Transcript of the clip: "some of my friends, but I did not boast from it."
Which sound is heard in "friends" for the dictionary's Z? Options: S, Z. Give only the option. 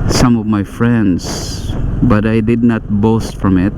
S